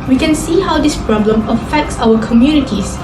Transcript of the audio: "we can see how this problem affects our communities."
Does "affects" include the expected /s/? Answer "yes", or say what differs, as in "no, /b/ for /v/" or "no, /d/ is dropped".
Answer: yes